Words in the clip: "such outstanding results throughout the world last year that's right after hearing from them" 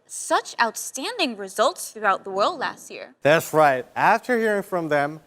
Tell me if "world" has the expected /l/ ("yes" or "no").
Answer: yes